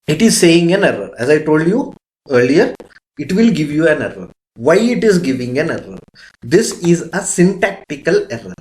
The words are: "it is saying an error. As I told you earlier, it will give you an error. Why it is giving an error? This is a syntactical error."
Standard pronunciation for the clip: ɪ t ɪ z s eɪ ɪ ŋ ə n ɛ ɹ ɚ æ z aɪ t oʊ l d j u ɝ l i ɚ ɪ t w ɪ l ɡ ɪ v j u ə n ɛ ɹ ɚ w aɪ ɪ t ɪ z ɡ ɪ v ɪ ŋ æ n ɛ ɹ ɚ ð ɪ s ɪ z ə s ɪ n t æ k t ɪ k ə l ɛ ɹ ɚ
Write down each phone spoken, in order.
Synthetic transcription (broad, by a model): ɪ t ɪ z s eɪ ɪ ŋ ə n ɛ ɹ ɚ æ z aɪ t oʊ l d j u ɝ l i ɚ ɪ t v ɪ l ɡ ɪ v j u ə n ɛ ɹ ɚ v aɪ ɪ t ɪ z ɡ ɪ v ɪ ŋ æ n ɛ ɹ ɚ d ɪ s ɪ z ə s ɪ n t æ k t ɪ k ə l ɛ ɹ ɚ